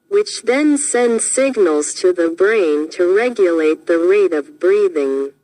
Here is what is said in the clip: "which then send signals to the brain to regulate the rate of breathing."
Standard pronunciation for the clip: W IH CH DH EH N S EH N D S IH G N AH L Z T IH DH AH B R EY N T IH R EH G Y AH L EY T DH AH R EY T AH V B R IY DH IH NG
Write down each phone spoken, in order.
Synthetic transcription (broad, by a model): W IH CH DH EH N S EH N D S IH G N L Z T IH DH AH B R EY N T IH R EH G Y AH L EY T DH AH R EY T AH V B R IY DH IH NG